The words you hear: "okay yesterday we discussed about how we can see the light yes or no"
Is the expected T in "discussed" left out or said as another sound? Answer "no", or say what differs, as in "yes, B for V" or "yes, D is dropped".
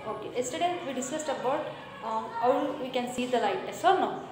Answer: no